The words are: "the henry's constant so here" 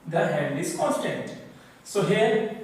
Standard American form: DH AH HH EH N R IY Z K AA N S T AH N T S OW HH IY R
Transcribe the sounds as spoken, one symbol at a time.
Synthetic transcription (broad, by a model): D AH HH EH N IY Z K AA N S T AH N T S OW HH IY R